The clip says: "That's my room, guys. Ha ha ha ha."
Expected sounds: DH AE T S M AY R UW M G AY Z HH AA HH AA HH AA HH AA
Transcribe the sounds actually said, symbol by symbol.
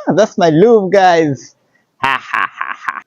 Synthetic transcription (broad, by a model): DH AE T S M AY L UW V G AY Z HH AA HH AA HH AA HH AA